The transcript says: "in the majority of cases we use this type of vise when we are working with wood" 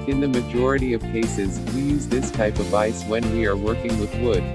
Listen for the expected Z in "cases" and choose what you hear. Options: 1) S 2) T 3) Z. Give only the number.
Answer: 3